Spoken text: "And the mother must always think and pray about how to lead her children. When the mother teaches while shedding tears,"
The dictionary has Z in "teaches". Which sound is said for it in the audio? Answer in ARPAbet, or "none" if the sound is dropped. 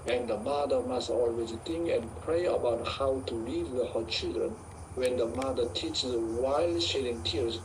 none